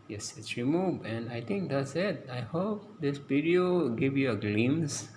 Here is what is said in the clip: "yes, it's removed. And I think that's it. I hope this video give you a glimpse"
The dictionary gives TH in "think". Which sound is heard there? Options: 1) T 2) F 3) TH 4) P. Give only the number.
1